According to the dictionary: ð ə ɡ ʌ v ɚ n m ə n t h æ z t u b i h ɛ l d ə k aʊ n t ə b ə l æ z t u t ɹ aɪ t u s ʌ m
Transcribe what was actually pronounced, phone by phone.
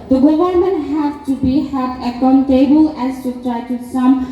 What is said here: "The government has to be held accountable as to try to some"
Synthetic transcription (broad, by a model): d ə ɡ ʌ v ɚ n m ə n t h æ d t u b i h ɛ d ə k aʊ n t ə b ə l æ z t u t ɹ aɪ t u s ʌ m